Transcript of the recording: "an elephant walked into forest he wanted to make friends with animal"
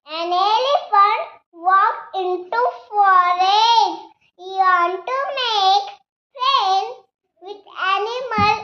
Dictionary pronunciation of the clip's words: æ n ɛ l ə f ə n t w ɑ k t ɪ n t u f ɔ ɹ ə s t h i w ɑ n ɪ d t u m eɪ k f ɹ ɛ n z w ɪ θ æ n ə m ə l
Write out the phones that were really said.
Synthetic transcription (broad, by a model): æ n ɛ l ə f ə n t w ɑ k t ɪ n t u f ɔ ɹ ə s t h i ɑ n t u m eɪ k p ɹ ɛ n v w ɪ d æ n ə m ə l